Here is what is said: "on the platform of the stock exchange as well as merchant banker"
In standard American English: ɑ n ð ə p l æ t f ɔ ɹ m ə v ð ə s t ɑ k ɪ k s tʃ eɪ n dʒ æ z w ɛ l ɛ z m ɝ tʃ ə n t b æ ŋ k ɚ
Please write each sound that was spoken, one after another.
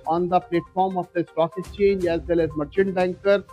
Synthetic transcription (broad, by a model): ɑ n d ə p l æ t f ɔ ɹ m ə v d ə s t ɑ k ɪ s tʃ eɪ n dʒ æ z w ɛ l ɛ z m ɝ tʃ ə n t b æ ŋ k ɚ